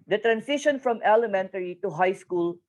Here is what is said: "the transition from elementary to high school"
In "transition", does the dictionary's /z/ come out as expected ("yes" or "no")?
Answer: no